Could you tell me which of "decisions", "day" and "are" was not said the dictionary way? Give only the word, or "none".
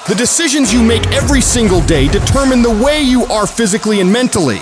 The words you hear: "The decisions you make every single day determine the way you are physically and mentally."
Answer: none